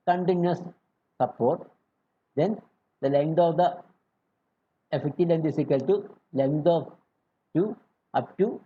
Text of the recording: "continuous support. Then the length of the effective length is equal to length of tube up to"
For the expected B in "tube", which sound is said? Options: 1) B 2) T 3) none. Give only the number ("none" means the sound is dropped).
3